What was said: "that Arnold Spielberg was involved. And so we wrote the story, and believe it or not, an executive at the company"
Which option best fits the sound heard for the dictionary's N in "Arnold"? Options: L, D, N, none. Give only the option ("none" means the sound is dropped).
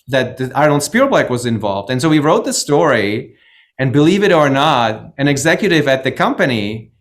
none